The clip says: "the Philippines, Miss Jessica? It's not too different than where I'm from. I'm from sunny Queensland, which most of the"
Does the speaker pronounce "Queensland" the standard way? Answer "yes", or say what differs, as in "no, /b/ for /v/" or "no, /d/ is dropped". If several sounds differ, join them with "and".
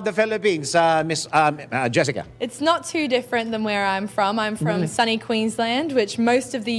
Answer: yes